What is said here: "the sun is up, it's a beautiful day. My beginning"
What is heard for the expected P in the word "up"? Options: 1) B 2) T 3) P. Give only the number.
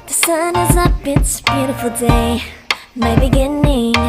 1